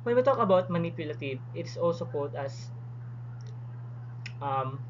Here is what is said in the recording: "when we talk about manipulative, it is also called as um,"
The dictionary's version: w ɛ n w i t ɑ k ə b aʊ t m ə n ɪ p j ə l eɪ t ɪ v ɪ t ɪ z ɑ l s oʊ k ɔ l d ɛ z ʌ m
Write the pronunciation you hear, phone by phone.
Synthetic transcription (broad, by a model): w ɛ n w i t ɑ k ə b aʊ t m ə n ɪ p j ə l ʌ t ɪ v ɪ t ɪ s ɑ l s oʊ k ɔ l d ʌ s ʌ m